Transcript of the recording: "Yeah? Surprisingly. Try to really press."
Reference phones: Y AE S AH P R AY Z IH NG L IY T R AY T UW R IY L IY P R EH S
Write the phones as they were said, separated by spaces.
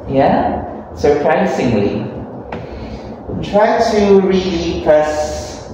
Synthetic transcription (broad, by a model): Y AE S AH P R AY S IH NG L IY T R AY T UW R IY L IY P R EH S